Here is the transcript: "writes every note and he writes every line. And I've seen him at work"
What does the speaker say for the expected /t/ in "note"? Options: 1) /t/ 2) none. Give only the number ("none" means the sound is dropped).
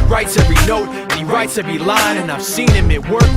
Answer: 2